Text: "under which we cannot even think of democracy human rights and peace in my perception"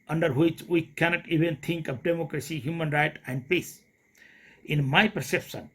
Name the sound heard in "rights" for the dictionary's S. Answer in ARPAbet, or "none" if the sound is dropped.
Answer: none